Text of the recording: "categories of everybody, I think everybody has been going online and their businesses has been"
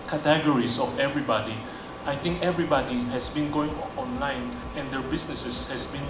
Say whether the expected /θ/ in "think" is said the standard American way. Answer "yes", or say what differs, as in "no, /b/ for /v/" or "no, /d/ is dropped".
no, /t/ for /θ/